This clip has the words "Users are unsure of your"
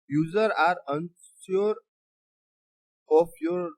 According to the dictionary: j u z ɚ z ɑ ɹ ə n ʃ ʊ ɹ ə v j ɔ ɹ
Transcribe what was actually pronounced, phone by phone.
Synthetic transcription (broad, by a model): j u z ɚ ɑ ɹ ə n s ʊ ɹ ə f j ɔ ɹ